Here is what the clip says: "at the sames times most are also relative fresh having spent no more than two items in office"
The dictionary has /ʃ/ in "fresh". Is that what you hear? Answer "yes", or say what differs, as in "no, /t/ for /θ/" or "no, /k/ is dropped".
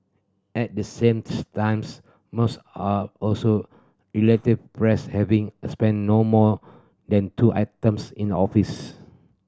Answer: no, /s/ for /ʃ/